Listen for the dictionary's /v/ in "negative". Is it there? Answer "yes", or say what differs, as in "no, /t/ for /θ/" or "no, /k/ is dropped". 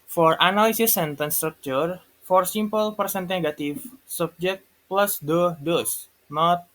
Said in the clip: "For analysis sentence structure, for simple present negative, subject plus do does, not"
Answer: no, /f/ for /v/